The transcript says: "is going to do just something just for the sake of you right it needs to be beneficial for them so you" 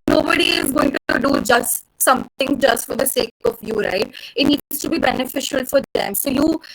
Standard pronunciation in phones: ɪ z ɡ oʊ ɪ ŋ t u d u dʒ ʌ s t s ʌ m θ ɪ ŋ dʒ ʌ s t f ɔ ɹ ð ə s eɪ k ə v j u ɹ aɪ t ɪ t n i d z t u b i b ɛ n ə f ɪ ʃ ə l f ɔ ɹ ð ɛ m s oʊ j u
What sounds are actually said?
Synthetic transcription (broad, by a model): ɪ z ɡ oʊ ɪ ŋ t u d u dʒ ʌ s t s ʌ m t ɪ ŋ dʒ ʌ s t f ɔ ɹ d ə s eɪ k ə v j u ɹ aɪ t ɪ t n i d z t u b i b ɛ n ə f ɪ ʃ ə l f ɔ ɹ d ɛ m s oʊ j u